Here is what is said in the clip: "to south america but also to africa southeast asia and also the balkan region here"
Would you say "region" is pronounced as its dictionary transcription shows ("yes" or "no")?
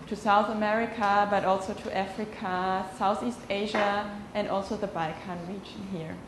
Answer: yes